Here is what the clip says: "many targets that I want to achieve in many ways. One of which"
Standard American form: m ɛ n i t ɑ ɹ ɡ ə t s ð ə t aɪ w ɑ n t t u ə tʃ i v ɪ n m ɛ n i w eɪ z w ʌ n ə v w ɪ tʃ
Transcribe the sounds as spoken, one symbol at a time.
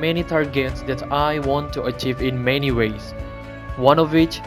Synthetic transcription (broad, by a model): m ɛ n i t ɑ ɹ ɡ ə t s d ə t aɪ w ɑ n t t u ə tʃ i v ɪ n m ɛ n i w eɪ s w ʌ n ə v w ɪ tʃ